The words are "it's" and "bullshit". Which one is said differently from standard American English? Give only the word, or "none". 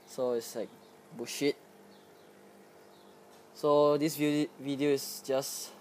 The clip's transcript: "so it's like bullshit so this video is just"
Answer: bullshit